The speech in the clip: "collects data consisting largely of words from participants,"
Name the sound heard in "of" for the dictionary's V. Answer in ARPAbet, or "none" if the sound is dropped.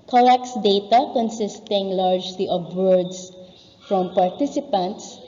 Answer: B